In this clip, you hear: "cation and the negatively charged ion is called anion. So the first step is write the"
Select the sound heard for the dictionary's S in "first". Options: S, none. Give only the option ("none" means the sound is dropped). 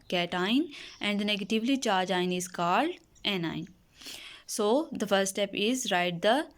none